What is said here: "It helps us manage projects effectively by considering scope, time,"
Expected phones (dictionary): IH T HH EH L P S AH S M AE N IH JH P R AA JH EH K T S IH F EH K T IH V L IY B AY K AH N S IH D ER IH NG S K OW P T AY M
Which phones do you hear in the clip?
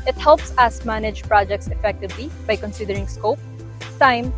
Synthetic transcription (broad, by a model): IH T HH EH L P S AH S M AE N IH JH P R AA JH EH K T S IH F EH K T IH V L IY B AY K AH N S IH D ER IH NG S K OW P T AY M